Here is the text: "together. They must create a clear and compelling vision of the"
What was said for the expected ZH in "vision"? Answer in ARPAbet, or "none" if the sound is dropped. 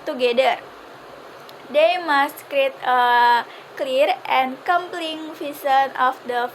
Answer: S